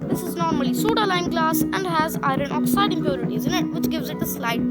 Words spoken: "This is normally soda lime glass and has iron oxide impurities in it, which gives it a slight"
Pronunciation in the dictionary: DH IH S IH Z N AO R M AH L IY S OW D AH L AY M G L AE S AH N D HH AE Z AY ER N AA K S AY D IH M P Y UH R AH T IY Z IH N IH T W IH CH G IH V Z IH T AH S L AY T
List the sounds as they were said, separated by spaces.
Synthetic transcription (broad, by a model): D IH S IH Z N AO R M AH L IY S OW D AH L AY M G L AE S AH N D HH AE Z AY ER N AA K S AY D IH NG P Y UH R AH T IY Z IH N IH T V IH CH G IH V Z IH T AH S L AY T